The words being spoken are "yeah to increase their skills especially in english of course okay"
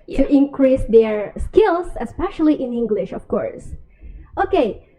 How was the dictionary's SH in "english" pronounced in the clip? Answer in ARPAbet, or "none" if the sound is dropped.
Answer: SH